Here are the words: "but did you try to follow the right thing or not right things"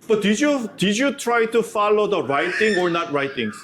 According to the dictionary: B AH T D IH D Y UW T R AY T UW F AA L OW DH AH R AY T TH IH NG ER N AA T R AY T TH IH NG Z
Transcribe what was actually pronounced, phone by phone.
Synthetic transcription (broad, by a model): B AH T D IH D Y UW T R AY T UW F AA L OW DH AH R AY T T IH NG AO N AA T R AY T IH NG